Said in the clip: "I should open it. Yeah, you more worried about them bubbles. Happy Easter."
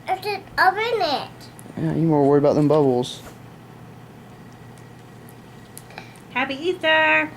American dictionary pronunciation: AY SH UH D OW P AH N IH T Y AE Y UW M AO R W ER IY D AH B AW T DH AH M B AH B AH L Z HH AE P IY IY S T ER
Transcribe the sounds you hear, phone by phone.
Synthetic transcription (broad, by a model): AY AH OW B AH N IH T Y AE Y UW M AO R W ER IY D AH B AW T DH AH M B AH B L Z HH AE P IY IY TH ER